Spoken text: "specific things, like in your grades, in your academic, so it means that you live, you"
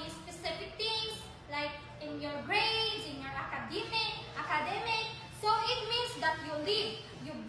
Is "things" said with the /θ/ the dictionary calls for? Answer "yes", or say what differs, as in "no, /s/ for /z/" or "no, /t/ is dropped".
no, /t/ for /θ/